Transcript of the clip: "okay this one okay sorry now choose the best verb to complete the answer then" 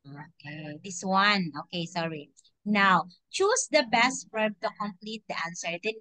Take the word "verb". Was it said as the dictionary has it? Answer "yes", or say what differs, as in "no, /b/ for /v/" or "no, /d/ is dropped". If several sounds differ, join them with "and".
no, /f/ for /v/